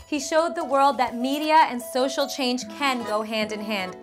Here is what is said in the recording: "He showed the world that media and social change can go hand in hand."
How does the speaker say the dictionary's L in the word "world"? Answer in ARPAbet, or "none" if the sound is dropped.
L